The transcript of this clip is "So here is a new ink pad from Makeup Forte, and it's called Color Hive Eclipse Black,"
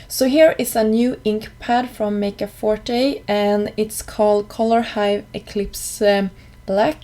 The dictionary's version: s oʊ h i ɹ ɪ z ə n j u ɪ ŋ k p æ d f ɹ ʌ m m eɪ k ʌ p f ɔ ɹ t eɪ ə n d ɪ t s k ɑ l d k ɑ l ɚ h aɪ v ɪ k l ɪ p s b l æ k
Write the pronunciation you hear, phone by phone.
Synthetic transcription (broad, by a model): s oʊ h i ɹ ɪ s ə n j u ɪ ŋ k p æ d f ɹ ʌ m m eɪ k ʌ f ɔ ɹ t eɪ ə n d ɪ t s k ɑ l d k ɑ l ɚ h aɪ v ɪ k l ɪ p s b l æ k